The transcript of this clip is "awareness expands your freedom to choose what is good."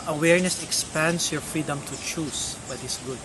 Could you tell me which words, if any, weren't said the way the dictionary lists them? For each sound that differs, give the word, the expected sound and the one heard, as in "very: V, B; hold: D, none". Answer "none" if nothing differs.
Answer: expands: Z, S; choose: Z, S; is: Z, S